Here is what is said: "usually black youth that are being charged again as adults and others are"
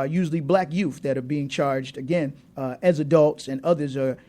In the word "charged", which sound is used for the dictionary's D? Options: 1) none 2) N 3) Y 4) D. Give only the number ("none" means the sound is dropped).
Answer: 4